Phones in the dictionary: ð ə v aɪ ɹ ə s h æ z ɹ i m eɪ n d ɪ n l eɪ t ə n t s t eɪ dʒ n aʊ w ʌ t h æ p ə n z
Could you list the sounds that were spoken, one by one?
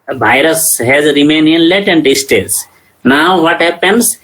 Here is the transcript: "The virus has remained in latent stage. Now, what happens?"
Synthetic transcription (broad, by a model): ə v aɪ ɹ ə s h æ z ɹ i m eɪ n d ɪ n l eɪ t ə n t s t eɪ z n aʊ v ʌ t h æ p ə n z